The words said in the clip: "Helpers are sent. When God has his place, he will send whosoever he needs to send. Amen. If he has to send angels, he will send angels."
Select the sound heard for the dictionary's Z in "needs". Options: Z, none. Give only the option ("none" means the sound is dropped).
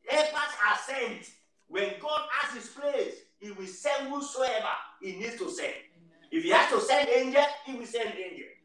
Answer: none